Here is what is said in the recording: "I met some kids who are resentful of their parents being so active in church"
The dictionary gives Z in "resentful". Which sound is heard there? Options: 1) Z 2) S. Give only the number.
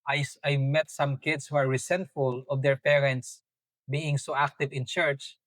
2